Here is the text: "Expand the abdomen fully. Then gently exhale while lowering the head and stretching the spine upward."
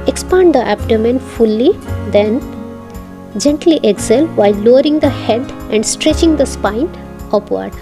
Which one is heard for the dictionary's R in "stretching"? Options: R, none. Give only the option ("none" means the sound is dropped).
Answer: R